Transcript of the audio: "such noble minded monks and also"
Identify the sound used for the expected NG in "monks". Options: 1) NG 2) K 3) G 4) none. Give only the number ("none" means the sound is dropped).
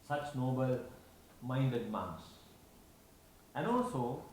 4